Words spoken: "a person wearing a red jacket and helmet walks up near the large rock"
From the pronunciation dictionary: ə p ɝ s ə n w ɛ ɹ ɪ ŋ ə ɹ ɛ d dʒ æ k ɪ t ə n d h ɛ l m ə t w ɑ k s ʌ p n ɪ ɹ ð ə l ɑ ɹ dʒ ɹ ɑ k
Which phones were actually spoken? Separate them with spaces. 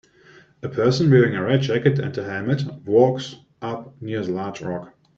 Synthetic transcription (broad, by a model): ə p ɝ s ə n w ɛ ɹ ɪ ŋ ə ɹ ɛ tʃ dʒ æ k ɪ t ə n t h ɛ m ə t w ɑ k s ʌ p n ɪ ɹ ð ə l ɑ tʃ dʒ ɹ ɑ k